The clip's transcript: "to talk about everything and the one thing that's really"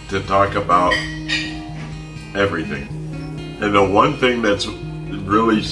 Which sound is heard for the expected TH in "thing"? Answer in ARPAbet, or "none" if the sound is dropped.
TH